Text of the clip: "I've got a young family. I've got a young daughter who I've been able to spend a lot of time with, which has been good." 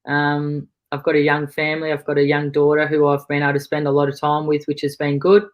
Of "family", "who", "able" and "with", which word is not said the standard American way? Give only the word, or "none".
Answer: able